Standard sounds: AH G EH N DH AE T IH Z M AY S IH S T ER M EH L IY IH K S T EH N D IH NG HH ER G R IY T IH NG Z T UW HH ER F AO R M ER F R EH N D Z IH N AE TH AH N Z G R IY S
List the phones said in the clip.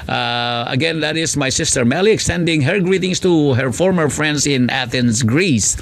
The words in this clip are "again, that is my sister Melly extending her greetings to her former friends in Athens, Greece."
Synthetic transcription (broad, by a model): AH G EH N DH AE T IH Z M AY S IH S T ER M EH L IY IH K S T EH N D IH NG HH ER G R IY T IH NG S T UW HH ER F AO R M ER F R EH N D S IH N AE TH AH N S G R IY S